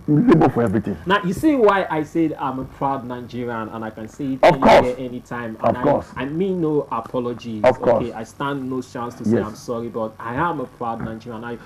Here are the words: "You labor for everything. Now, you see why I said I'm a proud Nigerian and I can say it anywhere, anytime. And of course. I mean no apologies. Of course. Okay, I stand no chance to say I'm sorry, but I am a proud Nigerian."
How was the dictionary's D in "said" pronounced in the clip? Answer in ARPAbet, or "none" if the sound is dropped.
D